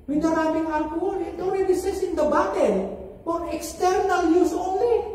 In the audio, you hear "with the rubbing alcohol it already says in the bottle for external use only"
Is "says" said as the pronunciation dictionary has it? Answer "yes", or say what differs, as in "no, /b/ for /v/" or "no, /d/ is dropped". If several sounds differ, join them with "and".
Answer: no, /s/ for /z/